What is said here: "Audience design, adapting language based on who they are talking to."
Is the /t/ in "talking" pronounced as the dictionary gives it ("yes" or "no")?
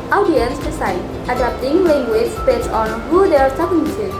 no